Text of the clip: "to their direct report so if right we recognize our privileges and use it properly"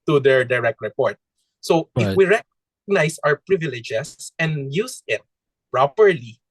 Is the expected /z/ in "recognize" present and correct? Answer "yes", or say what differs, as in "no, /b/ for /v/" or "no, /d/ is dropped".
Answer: no, /s/ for /z/